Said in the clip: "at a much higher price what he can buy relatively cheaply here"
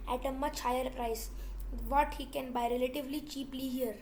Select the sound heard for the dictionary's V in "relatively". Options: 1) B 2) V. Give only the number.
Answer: 2